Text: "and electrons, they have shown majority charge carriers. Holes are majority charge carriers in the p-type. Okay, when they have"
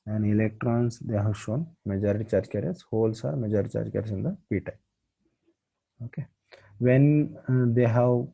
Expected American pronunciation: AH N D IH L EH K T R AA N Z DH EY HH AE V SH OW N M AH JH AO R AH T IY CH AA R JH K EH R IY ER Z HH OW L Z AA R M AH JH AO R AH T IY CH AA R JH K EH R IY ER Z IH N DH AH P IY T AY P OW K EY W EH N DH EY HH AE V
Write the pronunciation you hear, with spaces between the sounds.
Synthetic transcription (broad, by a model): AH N D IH L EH K T R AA N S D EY HH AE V SH OW N M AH JH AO R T IY CH AA R JH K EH R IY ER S HH OW L S AA R M AH JH AO R AH T IY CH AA R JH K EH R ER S IH N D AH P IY T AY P OW K EY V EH N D EY HH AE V